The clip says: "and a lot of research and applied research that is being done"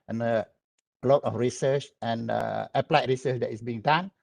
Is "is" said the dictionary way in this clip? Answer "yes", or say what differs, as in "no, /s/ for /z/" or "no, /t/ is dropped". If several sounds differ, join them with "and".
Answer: no, /s/ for /z/